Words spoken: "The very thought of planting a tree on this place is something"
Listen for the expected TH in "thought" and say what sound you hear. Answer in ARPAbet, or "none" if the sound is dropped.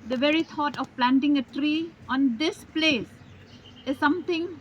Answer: T